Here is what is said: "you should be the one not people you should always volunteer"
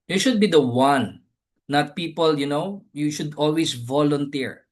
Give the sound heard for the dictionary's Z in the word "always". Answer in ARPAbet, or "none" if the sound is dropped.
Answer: S